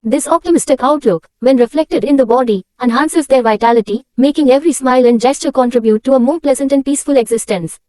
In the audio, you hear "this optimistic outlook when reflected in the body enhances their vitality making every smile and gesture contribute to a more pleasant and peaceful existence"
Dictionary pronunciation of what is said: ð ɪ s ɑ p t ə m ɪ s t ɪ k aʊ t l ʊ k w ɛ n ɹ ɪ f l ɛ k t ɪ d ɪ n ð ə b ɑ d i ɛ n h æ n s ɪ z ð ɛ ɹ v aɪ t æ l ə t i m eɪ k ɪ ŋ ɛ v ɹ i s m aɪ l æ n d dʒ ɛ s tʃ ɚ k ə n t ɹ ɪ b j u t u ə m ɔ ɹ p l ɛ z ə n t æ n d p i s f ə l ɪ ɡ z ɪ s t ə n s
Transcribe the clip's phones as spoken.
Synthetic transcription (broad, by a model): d ɪ s ɑ p t ə m ɪ s t ɪ k aʊ t l ʊ k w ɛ n ɹ ɪ f l ɛ k t ɪ d ɪ n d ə b ɑ d i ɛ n h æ n s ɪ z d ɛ ɹ v aɪ t æ l ə t i m eɪ k ɪ ŋ ɛ v ɹ i s m aɪ l æ n d dʒ ɛ s tʃ ɚ k ə n t ɹ ɪ b j u t u ə m ɔ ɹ p l ɛ z ə n t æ n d p i s f ə l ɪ ɡ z ɪ s t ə n s